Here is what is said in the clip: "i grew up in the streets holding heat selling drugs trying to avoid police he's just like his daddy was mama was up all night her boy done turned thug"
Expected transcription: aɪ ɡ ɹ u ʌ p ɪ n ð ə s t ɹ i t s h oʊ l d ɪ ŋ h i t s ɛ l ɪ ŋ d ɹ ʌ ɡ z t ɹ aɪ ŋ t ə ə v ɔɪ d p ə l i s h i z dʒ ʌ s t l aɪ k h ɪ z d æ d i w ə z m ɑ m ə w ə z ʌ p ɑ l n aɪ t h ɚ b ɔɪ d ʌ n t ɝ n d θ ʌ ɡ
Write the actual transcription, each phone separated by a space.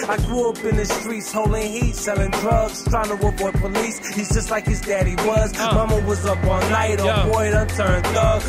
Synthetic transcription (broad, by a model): aɪ ɡ ɹ u ʌ p ɪ n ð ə s t ɹ i t s h oʊ l d ɪ ŋ h i t s ɛ l ɪ ŋ d ɹ ʌ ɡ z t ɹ aɪ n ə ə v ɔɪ p ə l i s h i z dʒ ʌ s t l aɪ k h ɪ z d æ d i w ə z m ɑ m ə w ə z ʌ p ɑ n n aɪ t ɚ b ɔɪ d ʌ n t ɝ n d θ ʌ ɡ